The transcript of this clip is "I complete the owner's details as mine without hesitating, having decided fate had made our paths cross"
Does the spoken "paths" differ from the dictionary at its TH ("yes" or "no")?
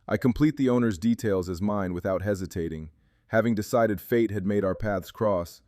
no